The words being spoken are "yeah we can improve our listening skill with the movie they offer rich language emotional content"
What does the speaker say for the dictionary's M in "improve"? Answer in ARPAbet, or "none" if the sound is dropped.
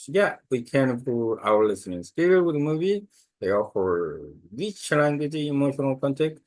none